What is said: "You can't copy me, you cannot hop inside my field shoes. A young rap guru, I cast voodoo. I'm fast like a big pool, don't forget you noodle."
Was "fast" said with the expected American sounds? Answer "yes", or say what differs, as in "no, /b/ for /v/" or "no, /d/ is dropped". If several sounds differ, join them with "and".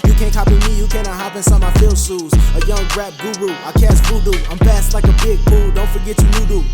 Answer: no, /p/ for /f/